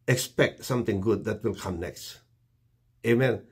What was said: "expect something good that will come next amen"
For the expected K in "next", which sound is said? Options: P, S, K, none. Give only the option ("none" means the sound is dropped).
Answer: K